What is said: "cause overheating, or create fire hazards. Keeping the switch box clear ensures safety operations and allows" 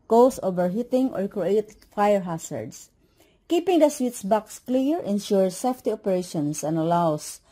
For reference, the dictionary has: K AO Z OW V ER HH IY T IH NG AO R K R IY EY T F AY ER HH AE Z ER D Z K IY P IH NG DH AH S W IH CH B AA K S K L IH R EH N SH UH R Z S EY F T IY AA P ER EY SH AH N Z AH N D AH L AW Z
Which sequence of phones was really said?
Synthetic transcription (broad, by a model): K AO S OW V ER HH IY T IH NG AO R K R IY EY T F AY ER HH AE S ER D S K IY P IH NG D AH S W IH S B AA K S K L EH R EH N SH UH R S EY F T IY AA P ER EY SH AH N S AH N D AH L AW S